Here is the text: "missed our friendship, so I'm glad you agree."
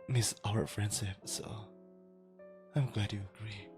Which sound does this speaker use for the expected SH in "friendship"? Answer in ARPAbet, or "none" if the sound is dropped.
S